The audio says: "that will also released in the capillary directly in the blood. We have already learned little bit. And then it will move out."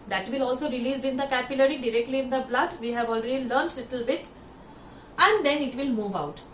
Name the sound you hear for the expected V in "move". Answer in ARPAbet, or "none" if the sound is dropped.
V